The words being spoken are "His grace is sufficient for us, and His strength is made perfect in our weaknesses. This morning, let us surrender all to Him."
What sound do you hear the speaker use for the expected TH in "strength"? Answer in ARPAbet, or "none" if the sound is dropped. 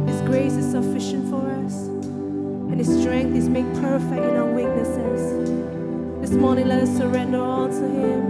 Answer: TH